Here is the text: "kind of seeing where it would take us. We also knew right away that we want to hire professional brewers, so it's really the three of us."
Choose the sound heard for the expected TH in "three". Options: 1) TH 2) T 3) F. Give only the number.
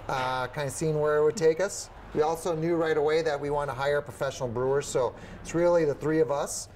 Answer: 1